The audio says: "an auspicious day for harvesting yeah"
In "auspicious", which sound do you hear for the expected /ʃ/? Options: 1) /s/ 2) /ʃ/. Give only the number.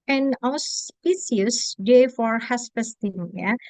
1